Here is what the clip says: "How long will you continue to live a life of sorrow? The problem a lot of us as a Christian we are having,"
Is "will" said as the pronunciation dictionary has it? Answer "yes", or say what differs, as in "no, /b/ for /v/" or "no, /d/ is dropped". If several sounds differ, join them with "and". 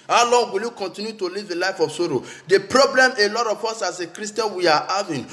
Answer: yes